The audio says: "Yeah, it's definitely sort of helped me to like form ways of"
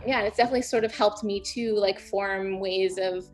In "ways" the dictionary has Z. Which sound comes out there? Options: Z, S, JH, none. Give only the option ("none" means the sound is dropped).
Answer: Z